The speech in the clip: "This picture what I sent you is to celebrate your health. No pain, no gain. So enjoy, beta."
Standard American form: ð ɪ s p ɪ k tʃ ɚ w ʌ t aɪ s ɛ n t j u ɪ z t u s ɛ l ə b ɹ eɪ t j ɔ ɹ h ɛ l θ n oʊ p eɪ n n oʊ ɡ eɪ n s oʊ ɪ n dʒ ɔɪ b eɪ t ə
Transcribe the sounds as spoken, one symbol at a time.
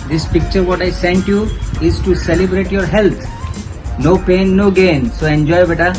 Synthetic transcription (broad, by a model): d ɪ s p ɪ k tʃ ɚ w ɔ t aɪ s ɛ n t j u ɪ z t u s ɛ l ə b ɹ eɪ t j ɔ ɹ h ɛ l t n oʊ p eɪ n n oʊ ɡ eɪ n s oʊ ɪ n dʒ ɔɪ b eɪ t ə